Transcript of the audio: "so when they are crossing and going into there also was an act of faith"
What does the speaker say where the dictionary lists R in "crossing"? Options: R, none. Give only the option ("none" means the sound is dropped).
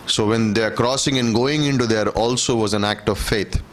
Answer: R